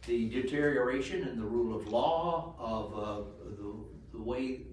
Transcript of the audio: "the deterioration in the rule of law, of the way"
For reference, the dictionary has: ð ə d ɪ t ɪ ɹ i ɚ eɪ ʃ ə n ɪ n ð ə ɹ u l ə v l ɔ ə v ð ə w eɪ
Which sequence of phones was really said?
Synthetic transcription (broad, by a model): ð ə d ɪ t ɪ ɹ i ɚ eɪ ʃ ə n ɪ n ð ə ɹ u l ə v l ɔ ə v ð ə w eɪ